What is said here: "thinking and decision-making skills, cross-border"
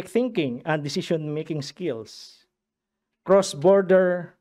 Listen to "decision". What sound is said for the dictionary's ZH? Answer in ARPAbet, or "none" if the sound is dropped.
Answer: SH